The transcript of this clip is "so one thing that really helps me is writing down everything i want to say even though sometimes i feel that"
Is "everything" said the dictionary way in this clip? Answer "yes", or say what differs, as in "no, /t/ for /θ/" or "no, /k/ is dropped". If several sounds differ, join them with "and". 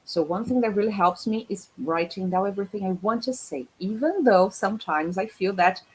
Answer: yes